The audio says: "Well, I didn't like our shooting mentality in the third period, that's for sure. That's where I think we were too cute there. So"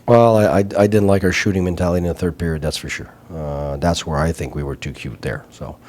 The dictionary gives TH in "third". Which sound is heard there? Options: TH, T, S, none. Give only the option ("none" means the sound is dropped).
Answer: TH